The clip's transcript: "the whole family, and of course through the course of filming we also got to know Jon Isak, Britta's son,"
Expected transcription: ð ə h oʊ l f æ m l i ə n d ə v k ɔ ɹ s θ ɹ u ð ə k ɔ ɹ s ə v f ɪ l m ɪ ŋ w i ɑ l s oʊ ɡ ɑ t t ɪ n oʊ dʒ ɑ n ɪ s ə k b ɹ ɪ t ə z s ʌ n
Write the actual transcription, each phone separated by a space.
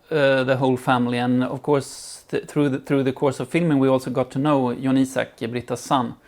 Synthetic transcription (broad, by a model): ð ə h oʊ l f æ m l i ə n ə v k ɔ ɹ s θ ɹ u ð ə k ɔ ɹ s ə v f ɪ l m ɪ ŋ w i ɑ l s oʊ ɡ ɑ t t ɪ n oʊ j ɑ n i s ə k b ɹ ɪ t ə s s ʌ n